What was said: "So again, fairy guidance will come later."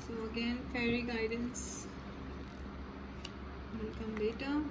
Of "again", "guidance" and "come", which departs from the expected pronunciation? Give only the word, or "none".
none